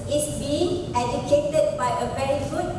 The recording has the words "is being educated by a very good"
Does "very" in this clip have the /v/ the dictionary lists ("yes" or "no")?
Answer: no